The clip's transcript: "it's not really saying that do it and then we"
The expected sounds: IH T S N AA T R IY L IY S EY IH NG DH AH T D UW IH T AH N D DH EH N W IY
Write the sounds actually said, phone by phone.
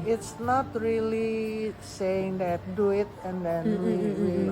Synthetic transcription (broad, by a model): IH T S N AA T R IY L IY S EY IH NG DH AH T D UW IH T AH N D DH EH N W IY